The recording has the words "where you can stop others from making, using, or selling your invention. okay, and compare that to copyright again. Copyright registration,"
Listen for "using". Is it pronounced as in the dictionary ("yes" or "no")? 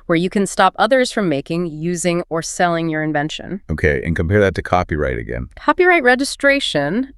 yes